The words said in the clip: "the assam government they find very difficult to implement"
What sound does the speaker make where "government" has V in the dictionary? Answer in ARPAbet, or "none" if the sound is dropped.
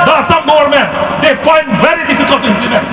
none